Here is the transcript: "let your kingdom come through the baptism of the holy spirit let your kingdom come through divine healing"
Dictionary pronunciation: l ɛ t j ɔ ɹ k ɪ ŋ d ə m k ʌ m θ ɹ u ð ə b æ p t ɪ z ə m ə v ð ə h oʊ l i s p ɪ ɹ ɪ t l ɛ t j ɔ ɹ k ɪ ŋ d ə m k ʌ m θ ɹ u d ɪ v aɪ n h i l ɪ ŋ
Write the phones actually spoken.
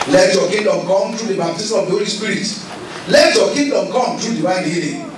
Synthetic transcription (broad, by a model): l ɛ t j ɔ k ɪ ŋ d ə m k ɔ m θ ɹ u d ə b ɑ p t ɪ s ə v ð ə h oʊ l i s p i ɹ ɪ t l ɛ t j ɔ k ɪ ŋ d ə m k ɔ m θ ɹ u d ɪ w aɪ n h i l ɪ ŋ